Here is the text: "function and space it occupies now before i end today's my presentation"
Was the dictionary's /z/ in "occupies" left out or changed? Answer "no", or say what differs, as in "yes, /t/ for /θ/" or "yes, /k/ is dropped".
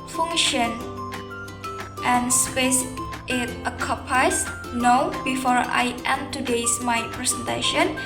yes, /s/ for /z/